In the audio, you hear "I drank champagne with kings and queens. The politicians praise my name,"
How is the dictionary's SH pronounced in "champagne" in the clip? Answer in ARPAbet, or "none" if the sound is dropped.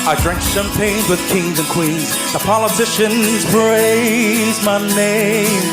S